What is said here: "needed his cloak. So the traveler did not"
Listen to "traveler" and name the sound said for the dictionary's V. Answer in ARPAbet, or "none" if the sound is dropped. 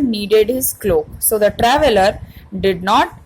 V